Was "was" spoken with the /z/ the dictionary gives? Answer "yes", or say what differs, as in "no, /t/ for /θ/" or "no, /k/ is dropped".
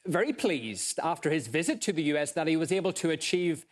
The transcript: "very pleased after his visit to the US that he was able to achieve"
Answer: yes